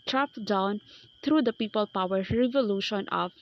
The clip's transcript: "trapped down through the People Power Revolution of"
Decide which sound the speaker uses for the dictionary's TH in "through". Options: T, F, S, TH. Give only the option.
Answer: T